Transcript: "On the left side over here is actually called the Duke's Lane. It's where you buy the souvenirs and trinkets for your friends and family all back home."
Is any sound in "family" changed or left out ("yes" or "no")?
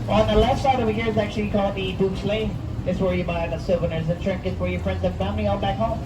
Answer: yes